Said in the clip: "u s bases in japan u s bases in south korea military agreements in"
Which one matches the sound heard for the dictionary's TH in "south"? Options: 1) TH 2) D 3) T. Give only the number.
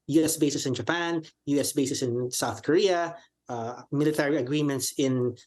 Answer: 1